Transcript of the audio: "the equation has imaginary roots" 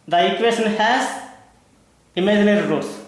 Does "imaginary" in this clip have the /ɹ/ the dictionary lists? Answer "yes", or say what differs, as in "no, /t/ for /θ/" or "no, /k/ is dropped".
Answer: yes